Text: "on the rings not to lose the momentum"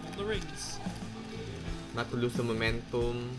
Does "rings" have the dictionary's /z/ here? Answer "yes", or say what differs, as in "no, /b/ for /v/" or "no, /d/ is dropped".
no, /s/ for /z/